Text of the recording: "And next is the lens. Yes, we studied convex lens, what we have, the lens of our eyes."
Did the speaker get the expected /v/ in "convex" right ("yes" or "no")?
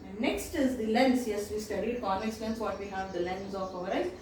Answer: no